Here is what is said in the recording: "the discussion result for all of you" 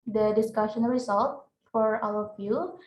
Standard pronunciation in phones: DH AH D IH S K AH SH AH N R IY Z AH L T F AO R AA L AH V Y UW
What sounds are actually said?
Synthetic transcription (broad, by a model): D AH D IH S K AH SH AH N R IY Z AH L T F AO R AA W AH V Y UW